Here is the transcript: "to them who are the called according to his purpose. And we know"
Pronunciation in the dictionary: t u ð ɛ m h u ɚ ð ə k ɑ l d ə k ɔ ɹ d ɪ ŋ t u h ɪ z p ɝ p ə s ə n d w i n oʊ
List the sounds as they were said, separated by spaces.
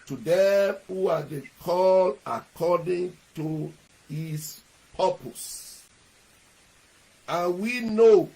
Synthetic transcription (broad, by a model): t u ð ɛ m h u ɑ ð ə k ɑ l ə k ɔ d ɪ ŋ t u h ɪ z p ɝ p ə s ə n w i n oʊ